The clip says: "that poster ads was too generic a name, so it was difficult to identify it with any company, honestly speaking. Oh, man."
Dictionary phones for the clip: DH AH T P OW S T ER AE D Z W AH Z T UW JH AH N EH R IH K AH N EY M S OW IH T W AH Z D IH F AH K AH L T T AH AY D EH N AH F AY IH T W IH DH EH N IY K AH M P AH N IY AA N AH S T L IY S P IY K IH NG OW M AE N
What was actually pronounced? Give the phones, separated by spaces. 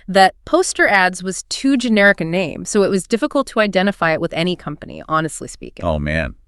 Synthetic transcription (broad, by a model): DH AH T P OW S T ER AE D Z W AH Z T UW JH AH N EH R IH K AH N EY M S OW IH T W AH Z D IH F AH K L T T AH AY D EH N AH F AY IH T W IH DH EH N IY K AH M P AH N IY AA N AH S T L IY S P IY K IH OW M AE N